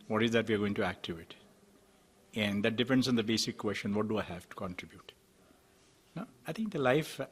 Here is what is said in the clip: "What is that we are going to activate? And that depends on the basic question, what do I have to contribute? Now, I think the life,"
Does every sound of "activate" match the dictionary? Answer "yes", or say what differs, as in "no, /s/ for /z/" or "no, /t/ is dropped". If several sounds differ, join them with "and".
no, /v/ is dropped